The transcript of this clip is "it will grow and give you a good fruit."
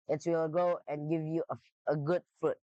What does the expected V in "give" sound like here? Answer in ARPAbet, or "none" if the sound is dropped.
V